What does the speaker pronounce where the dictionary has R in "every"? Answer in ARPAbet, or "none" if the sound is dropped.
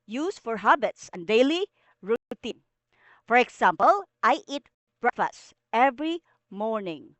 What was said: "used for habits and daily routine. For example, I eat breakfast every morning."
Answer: R